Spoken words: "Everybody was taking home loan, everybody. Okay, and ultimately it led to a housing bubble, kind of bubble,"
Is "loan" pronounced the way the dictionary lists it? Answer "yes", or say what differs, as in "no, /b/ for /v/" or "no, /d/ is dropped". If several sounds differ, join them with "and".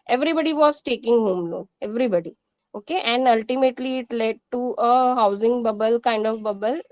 no, /n/ is dropped